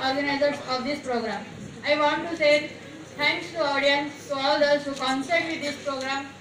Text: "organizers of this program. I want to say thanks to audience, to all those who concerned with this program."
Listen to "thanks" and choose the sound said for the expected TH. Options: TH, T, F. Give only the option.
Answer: T